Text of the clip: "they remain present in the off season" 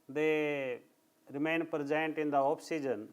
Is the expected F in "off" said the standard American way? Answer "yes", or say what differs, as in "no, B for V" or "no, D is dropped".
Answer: no, P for F